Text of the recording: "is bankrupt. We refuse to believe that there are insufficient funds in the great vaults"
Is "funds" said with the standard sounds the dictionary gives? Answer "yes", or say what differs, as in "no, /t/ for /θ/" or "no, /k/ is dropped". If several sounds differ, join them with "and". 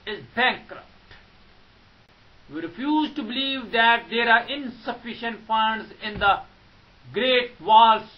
yes